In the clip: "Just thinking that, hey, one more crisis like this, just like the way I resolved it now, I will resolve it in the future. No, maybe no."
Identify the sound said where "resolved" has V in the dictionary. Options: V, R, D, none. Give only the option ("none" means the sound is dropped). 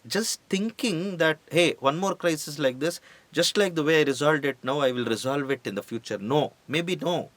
none